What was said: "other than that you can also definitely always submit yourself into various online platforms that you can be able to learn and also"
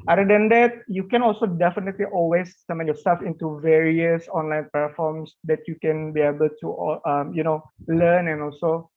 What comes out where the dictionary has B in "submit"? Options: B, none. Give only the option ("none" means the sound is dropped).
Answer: none